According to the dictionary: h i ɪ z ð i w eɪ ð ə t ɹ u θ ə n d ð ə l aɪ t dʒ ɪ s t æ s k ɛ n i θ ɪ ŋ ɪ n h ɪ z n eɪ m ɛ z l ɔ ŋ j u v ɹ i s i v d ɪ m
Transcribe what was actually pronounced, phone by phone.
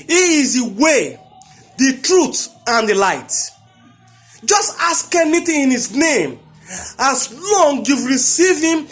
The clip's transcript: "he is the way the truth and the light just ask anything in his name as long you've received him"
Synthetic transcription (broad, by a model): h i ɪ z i w eɪ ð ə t ɹ u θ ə n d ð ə l aɪ t dʒ ɪ s t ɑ s k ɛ n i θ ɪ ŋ ɪ n h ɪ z n eɪ m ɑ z l ɔ ŋ j u v ɹ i s i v ɪ m